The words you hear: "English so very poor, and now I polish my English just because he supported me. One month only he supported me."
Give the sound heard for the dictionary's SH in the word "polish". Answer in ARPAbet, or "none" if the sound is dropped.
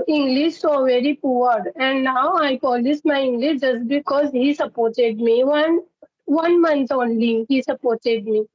S